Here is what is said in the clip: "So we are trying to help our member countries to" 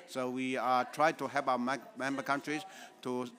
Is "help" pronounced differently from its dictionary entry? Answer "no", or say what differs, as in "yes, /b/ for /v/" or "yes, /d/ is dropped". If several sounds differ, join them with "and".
yes, /l/ is dropped